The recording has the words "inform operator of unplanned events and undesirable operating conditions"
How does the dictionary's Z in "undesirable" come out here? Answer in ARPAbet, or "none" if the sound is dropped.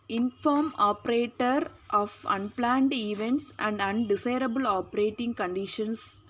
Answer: S